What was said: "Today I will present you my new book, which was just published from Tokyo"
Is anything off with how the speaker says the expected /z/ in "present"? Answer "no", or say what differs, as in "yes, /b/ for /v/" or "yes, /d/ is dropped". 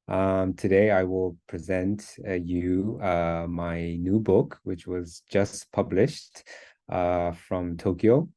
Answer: no